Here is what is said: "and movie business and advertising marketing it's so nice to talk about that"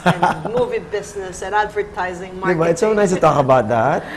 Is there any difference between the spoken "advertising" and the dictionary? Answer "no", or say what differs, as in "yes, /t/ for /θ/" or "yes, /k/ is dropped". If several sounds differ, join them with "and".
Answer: no